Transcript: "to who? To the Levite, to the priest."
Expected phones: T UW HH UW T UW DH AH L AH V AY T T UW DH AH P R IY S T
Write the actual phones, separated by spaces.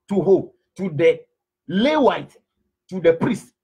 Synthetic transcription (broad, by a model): T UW HH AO T UW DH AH L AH W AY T T UW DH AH P R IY S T